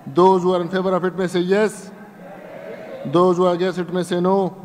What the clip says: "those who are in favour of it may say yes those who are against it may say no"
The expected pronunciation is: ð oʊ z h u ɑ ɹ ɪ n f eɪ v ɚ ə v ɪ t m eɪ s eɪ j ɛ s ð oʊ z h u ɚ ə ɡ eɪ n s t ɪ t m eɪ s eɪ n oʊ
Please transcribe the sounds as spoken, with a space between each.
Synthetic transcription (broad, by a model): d oʊ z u ɑ ɹ ɪ n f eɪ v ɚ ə f ɪ t m eɪ s eɪ j ɛ s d oʊ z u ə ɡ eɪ s ɪ t m eɪ s eɪ n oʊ